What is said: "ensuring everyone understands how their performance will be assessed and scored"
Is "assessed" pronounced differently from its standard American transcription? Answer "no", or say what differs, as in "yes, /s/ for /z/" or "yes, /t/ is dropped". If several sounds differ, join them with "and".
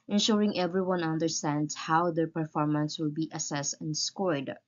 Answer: no